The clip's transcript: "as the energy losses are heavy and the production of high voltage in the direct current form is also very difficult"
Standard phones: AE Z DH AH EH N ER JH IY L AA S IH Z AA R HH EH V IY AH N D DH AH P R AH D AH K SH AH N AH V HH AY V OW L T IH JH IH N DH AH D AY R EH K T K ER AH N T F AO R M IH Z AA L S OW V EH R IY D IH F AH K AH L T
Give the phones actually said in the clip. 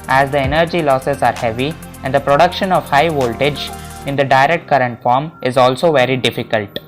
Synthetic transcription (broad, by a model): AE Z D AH EH N ER JH IY L AA S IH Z AA R HH EH V IY AH N D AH P R AH D AH K SH AH N AH V HH AY V OW L T IH JH IH N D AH D AY R EH K T K ER AH N T F AO R M IH Z AA L S OW V EH R IY D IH F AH K AH L T